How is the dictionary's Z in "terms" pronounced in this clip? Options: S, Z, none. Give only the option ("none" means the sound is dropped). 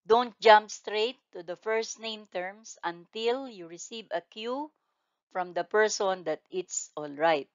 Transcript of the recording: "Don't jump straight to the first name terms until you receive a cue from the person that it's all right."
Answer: S